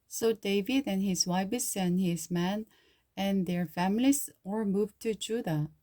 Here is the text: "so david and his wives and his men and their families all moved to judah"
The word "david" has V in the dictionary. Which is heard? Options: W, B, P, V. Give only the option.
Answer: V